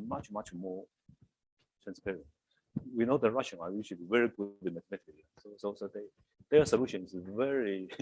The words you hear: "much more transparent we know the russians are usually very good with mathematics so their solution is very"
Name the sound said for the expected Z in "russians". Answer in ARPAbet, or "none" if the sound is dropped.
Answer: none